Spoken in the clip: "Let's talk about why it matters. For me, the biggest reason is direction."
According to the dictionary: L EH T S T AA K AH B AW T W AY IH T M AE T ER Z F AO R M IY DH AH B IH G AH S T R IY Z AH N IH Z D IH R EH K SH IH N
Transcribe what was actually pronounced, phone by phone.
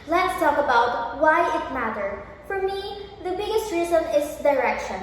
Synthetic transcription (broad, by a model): L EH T S T AA K AH B AW T W AY IH T M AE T ER F AO R M IY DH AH B IH G AH S T R IY Z AH N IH S D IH R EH K SH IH N